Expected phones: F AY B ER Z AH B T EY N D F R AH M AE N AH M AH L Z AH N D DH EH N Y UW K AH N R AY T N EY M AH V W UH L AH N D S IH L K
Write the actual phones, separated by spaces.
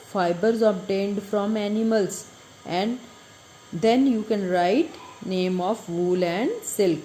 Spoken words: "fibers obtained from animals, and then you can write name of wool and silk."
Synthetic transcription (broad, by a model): F AY B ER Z AH B T EY N D F R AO M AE N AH M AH L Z AH N D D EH N Y UW K AH N R AY T N EY M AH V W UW L AH N D S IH L K